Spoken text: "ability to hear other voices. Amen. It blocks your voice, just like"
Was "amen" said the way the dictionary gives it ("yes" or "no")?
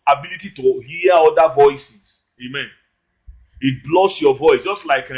yes